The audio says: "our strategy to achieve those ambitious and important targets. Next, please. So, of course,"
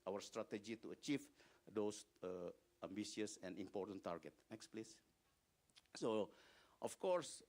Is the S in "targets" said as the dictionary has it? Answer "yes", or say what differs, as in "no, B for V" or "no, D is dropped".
no, S is dropped